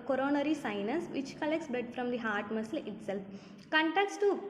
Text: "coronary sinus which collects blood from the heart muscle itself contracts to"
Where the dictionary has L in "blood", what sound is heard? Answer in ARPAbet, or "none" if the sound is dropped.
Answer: none